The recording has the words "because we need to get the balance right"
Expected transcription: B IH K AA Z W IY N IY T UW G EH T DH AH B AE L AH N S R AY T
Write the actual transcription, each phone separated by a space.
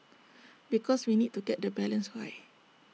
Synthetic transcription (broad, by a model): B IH K AA S W IY N IY T UW G EH T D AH B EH L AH N S W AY